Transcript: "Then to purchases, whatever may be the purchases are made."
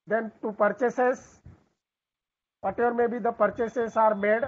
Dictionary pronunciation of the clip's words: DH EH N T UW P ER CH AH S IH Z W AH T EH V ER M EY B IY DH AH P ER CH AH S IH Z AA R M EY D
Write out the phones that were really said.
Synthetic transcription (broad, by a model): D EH N T UW P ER CH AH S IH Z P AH T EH ER M EY B IY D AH P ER CH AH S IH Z AA R M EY D